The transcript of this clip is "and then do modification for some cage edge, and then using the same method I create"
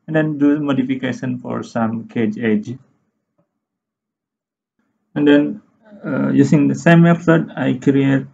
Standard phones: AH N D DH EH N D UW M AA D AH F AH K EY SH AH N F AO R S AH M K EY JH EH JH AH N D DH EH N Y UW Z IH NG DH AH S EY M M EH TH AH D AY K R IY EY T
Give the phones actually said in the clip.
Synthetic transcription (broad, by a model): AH N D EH N D UW M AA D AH F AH K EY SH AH N F AO R S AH M K EY JH EH JH AH N D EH N Y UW S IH NG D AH S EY M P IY S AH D AY K R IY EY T